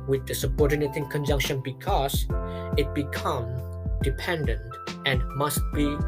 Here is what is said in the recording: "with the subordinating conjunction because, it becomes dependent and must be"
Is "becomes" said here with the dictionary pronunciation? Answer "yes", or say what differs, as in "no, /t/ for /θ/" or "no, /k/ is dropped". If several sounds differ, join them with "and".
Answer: no, /z/ is dropped